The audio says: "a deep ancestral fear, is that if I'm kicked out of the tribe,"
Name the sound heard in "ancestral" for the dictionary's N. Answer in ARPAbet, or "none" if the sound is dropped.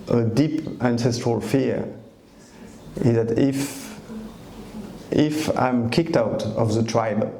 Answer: N